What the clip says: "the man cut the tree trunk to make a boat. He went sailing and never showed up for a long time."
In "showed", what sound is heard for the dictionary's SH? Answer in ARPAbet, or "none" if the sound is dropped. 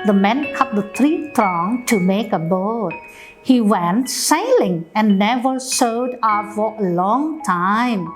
S